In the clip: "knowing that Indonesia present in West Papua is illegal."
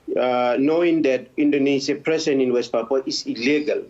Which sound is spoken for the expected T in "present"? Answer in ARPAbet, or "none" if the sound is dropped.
none